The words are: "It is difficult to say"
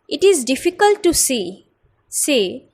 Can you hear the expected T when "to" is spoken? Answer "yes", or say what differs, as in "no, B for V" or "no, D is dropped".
no, S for T